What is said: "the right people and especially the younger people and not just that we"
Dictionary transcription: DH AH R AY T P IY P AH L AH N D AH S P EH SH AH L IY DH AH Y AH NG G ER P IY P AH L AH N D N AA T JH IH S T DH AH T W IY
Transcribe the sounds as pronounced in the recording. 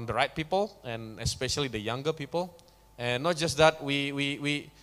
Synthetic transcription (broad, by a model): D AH R AY T P IY P AH L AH N AH S P EH SH AH L IY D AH Y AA NG G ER P IY P AH L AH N N AA T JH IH S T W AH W W IY